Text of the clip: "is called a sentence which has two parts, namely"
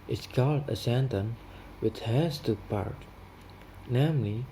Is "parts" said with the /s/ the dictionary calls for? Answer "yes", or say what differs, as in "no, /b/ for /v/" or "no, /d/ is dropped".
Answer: no, /s/ is dropped